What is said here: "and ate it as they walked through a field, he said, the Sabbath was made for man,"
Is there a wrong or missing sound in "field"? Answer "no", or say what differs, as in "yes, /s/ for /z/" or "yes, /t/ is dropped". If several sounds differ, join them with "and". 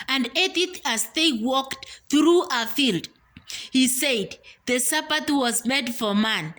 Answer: no